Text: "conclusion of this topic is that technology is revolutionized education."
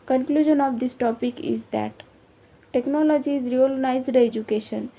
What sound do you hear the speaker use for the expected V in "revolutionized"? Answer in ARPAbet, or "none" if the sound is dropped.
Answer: none